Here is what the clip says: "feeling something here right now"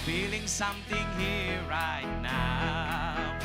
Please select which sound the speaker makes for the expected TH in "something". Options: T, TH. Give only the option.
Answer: T